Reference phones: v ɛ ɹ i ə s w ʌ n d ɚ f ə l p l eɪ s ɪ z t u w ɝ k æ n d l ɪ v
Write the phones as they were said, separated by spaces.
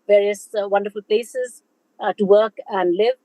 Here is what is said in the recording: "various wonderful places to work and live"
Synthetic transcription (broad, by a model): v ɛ ɹ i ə s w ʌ n d ɚ f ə l p l eɪ s ɪ z t u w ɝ k æ n d l ɪ v